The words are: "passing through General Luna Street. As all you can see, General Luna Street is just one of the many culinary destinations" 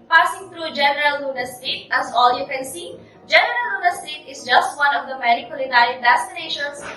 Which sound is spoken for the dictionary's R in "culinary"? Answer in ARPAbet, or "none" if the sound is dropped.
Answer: none